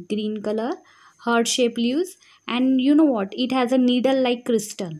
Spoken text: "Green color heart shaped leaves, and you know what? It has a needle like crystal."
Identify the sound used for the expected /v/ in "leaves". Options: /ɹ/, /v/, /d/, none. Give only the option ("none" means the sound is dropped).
none